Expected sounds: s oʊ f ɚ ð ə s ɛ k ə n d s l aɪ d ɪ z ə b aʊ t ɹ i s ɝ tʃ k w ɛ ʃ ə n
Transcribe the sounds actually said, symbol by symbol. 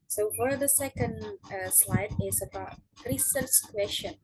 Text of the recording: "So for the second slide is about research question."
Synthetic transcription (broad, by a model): s oʊ f ɚ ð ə s ɛ k ə n d s l aɪ d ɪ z ə b aʊ t ɹ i s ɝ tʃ k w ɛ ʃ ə n